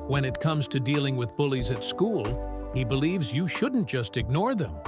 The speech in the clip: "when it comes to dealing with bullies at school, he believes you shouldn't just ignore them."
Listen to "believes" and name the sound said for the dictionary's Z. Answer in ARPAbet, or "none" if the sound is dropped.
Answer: Z